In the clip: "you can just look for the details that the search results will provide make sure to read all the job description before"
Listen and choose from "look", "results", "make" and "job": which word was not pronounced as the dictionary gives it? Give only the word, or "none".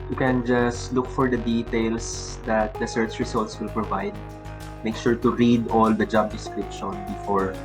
results